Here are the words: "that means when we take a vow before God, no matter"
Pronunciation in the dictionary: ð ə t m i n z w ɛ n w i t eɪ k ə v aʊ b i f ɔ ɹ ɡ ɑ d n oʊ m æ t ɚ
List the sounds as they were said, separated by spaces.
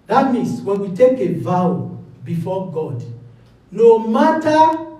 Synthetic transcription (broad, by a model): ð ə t m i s w ɛ n w i t eɪ k ə v aʊ b i f ɔ ɡ ɑ d n oʊ m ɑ t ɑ